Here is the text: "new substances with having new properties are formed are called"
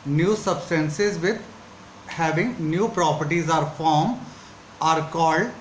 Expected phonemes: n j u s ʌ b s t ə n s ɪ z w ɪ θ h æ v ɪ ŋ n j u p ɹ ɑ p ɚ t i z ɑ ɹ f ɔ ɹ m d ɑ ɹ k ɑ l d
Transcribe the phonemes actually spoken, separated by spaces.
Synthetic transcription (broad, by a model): n j u s ʌ b s t ə n s ɪ z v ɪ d h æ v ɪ ŋ n j u p ɹ ɑ p ɚ t i z ɑ ɹ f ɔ ɹ m ɑ ɹ k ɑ l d